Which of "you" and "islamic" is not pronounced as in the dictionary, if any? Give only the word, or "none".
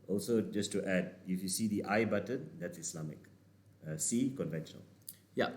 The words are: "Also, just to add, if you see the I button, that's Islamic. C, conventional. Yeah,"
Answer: islamic